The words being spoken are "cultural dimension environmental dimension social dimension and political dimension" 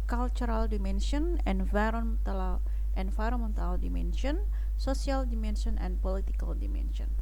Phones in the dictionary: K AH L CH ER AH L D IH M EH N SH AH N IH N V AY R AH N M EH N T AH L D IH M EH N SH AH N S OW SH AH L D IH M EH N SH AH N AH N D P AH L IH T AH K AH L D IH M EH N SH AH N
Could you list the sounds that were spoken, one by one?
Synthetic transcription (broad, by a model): K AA L CH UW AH L D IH M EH N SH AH N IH N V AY R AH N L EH N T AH L D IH M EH N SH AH N S OW S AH L D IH M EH N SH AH N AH N P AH L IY T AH K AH L D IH M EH N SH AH N